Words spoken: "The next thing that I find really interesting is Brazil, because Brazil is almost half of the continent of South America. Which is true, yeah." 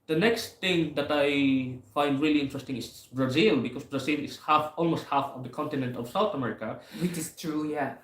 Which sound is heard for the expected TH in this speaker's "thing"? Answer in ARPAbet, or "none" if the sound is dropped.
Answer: T